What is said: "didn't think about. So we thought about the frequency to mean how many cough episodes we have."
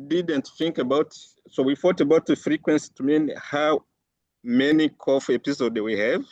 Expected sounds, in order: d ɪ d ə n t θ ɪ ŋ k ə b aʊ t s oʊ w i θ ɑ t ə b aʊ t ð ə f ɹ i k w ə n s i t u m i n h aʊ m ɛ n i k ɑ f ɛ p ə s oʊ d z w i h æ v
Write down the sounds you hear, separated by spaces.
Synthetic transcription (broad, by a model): d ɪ d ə n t θ ɪ ŋ k ə b aʊ t s oʊ w i f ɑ t ə b aʊ t ð ə f ɹ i k w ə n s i t u m i n h aʊ m ɛ n i k ɑ f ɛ p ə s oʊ d w i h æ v